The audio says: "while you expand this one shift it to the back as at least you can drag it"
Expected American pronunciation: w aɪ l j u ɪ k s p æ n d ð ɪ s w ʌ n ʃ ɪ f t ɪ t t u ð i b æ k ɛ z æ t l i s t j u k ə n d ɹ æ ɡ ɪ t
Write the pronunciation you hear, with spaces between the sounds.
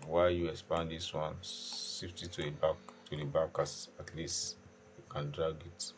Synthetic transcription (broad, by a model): w aɪ j u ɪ k s p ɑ n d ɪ s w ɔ n s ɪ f t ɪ t t u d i b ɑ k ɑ s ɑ t l i s t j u k ə n d ɹ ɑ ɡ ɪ t